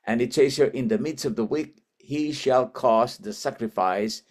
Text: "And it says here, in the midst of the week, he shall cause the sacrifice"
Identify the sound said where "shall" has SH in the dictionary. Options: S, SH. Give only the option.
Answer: SH